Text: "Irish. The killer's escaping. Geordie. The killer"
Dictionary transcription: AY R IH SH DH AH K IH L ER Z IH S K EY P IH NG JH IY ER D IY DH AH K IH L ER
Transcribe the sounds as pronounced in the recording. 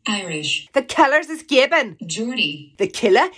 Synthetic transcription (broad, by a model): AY R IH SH DH AH K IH L ER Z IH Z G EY B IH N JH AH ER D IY DH AH K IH L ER